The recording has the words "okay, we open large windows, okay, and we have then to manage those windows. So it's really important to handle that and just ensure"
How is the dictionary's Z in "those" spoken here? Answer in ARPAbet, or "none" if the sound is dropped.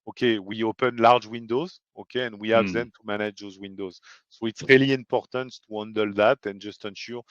Z